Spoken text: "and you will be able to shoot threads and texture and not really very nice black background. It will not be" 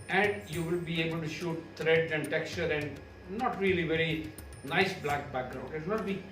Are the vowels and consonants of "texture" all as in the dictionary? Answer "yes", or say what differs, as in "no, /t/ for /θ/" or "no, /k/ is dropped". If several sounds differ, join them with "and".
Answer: yes